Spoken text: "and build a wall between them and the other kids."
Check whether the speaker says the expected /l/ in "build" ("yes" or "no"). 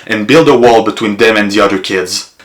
yes